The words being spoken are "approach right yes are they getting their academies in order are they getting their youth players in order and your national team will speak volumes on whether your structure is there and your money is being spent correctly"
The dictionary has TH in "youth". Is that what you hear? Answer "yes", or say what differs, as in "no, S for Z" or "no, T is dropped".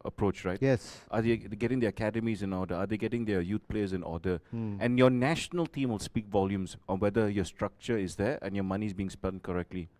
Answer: no, T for TH